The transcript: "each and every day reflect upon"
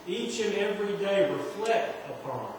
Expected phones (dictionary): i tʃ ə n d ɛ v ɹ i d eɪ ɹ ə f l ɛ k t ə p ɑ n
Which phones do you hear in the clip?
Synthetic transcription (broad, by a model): i tʃ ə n ɛ v ɹ i d eɪ w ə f l ɛ t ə p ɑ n